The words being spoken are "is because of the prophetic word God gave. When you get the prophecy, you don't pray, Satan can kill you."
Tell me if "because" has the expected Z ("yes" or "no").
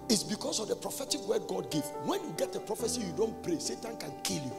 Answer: no